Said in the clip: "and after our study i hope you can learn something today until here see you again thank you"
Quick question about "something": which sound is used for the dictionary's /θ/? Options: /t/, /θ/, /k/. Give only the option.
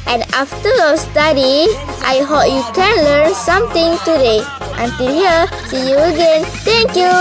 /t/